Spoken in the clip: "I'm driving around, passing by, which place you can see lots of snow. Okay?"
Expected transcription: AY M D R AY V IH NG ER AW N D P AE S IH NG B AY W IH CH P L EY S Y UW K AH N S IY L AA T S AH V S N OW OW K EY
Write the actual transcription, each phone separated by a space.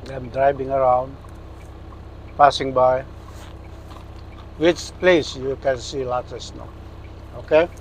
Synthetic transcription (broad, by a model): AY M D R AY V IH NG ER AW N D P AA S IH NG B AY W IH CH P L EY S Y UW K AH N S IY L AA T AH S N OW OW K EY